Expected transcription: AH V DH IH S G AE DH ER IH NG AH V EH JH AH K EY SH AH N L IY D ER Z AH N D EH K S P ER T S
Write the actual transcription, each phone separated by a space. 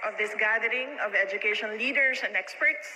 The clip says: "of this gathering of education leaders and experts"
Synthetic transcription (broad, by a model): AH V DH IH S G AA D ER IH NG AH V EH JH AH K EY SH AH N L IY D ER S AH N D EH K S P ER T S